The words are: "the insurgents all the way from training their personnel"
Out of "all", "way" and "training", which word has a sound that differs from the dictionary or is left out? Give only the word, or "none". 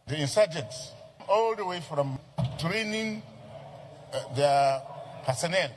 none